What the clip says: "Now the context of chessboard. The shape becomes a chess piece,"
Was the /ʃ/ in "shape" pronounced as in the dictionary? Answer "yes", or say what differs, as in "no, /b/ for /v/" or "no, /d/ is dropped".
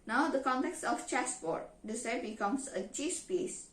no, /s/ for /ʃ/